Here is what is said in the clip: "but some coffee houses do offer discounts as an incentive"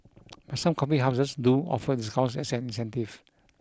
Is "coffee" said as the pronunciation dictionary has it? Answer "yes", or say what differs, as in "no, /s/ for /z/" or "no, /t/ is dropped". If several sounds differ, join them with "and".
no, /p/ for /f/